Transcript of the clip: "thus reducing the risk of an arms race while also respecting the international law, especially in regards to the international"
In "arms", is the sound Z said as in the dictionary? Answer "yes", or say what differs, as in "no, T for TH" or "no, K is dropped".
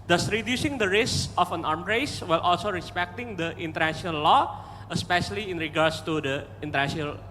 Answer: no, Z is dropped